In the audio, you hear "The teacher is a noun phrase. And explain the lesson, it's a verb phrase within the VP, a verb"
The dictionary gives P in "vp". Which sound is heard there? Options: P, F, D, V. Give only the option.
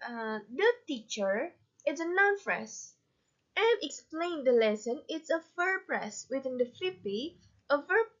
F